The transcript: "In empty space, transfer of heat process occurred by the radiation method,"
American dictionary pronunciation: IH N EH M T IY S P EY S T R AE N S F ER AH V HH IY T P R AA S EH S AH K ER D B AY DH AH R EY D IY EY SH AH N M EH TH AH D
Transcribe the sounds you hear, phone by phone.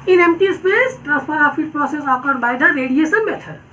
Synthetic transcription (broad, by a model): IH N EH M T IY S P EY S T R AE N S P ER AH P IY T P R AA S EH S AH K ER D B AY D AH R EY D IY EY S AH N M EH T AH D